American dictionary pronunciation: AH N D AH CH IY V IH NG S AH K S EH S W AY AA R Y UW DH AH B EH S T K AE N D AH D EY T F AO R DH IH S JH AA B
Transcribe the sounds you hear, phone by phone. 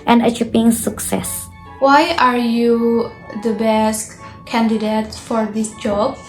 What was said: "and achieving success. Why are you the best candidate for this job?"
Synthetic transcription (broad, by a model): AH N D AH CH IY P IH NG S AH K S EH S W AY AA R Y UW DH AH B EH S T K AE N D AH D EY T F AO R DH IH S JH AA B